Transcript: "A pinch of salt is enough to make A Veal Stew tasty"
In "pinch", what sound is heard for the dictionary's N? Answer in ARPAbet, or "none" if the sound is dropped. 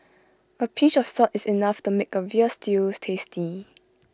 none